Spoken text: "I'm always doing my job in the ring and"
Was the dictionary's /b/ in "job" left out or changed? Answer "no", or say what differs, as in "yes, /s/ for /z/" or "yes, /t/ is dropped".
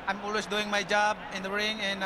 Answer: no